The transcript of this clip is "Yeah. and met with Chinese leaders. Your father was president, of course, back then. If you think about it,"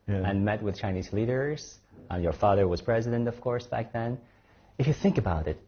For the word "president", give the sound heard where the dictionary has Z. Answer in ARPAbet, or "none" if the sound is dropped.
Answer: Z